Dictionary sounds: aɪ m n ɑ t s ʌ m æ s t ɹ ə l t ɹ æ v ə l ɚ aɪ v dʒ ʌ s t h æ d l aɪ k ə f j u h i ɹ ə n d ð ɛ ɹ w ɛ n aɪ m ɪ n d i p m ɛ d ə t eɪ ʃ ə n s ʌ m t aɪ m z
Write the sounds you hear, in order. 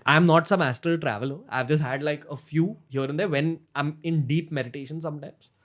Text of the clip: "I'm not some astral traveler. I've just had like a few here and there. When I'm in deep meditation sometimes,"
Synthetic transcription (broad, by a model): aɪ m n ɑ t s ʌ m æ s t ə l t ɹ æ v ə l ɚ aɪ v dʒ ʌ s t h æ d l aɪ k ə f j u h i ɹ ə n d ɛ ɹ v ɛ n aɪ m ɪ n d i p m ɛ d ə t eɪ ʃ ə n s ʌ m t aɪ m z